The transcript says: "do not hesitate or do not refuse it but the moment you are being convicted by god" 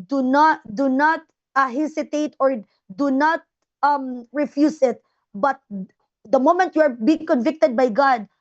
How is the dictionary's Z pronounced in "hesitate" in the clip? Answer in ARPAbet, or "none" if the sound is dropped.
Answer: S